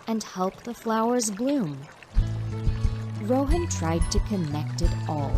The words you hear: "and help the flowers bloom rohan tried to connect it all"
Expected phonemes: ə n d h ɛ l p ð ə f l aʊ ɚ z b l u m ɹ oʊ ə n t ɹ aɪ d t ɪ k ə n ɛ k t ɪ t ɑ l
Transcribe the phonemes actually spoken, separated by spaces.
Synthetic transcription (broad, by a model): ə n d h ɛ l p ð ə f l aʊ ɚ z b l u m ɹ oʊ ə n t ɹ aɪ d t ɪ k ə n ɛ k t ɪ t ɑ l